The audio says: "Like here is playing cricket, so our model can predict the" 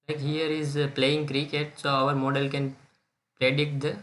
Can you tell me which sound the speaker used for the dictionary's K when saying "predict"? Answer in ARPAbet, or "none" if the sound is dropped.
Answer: none